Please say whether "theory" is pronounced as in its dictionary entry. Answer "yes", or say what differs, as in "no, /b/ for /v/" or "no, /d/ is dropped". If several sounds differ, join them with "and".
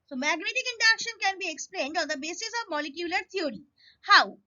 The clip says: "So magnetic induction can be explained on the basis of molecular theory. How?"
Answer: no, /t/ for /θ/